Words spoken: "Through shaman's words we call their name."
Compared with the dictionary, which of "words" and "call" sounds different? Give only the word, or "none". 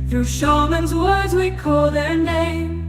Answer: none